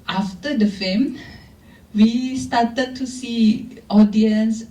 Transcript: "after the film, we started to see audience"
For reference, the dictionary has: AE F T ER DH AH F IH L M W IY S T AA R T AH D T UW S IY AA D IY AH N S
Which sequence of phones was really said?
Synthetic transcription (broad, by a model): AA F T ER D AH F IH M W IY S T AA T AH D T UW S IY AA D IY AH N S